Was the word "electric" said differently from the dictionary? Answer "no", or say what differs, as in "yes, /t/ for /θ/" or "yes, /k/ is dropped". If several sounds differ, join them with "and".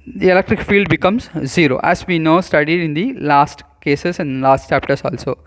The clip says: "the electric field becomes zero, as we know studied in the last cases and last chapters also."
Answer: no